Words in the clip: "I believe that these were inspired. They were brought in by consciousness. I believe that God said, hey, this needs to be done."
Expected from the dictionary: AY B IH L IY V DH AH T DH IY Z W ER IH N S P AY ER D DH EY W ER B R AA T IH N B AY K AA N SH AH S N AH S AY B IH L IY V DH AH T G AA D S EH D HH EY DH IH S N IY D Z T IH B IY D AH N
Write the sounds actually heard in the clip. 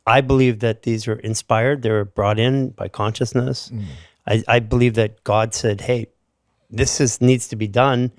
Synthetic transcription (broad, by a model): AY B IH L IY V DH AH T DH IY Z W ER IH N S P AY ER D DH EY W ER B R AA T IH N B AY K AA N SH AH S N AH S AY B IH L IY V DH AH T G AA D S EH D HH EY DH IH S N IY D Z T IH B IY D AH N